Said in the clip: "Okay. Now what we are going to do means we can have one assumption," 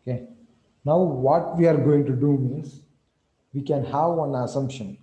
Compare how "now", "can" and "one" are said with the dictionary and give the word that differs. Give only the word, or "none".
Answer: one